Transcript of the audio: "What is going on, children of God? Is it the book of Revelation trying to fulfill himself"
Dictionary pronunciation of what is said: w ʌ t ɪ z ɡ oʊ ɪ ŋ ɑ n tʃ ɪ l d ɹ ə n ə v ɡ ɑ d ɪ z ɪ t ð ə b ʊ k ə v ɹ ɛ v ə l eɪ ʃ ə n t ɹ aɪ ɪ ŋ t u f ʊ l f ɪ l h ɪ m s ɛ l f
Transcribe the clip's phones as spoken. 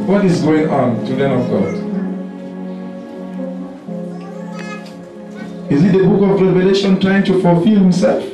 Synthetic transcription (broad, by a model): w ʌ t ɪ z ɡ oʊ ɪ ŋ ɑ n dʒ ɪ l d ə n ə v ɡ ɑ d ɪ z ɪ t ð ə b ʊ k ə v ɹ ɛ v ə l eɪ ʃ ə n t ɹ aɪ ɪ ŋ t u f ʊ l f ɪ l h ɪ m s ɛ l f